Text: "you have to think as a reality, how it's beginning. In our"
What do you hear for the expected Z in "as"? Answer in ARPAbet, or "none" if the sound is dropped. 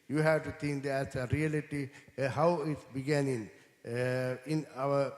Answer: S